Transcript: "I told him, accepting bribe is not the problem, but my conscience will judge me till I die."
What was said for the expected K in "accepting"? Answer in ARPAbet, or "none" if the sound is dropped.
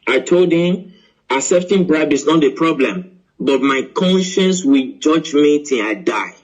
none